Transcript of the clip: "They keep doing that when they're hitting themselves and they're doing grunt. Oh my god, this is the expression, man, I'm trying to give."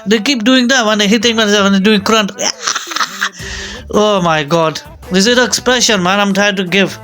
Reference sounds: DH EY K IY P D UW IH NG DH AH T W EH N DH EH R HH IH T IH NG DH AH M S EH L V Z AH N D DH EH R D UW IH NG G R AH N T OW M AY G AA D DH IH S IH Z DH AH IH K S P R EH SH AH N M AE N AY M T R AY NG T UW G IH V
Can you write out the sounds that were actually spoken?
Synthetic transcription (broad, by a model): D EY K IY P D UW IH NG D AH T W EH N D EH HH IH T IH NG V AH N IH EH V AH N D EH D UW IH NG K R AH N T OW M AY G AA D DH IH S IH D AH IH K S P R EH SH AH N M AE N AY M T R AY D T UW G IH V